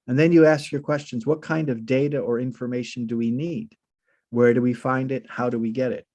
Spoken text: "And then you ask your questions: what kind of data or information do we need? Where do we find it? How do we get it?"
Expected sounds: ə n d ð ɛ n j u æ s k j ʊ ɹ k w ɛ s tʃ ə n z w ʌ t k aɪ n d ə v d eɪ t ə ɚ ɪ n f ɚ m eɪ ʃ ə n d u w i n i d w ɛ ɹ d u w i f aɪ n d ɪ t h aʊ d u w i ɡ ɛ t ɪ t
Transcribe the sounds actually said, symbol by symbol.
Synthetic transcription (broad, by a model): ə n ð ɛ n j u æ s k j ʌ ɹ k w ɛ s tʃ ə n z w ʌ t k aɪ n d ə v d eɪ t ə ɚ ɪ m f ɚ m eɪ ʃ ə n d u w i n i d w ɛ ɹ d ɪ w i f aɪ n d ɪ t h aʊ d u w i ɡ ɛ t ɪ t